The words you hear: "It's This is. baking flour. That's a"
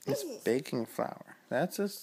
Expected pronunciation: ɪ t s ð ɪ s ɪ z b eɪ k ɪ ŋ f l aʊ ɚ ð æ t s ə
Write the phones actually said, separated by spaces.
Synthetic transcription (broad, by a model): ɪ t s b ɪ ɪ k ɪ ŋ f l aʊ ɚ ð æ t s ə